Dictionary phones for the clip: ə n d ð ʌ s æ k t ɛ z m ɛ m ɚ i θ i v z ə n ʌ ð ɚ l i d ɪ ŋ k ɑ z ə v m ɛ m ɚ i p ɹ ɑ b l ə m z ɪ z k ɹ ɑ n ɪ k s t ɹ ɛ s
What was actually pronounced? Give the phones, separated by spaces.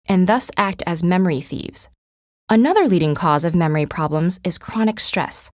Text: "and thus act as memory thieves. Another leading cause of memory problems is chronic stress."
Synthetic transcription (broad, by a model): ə n ð ʌ s æ k t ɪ z m ɛ m ɚ i θ i v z ə n ʌ ð ɚ l i d ɪ ŋ k ɑ z ə v m ɛ m ɚ i p ɹ ɑ b l ə m z ɪ z k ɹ ɑ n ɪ k s t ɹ ɛ s